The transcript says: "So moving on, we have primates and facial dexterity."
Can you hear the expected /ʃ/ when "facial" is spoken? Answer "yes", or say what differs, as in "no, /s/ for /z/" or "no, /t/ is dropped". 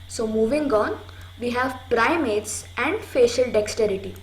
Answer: yes